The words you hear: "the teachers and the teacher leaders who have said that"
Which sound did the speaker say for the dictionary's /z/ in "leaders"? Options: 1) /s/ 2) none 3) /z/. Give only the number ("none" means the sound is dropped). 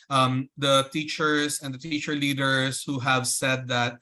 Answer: 1